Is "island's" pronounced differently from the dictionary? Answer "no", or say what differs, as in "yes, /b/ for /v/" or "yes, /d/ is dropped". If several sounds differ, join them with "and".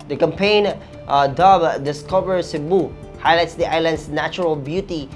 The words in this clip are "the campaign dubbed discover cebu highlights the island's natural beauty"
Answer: yes, /s/ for /z/